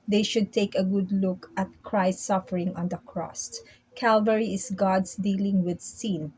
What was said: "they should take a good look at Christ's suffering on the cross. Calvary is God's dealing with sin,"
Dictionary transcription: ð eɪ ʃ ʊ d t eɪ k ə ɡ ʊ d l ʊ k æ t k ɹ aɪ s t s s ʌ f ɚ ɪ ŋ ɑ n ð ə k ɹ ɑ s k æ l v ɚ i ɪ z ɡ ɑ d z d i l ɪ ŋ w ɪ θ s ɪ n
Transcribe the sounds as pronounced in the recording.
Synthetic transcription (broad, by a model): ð eɪ ʃ ʊ d t eɪ k ə ɡ ʊ d l ʊ k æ t k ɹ aɪ s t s s ʌ f ɚ ɪ ŋ ɑ n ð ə k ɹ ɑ s k æ l v ɚ i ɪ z ɡ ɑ d s d i l ɪ ŋ w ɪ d s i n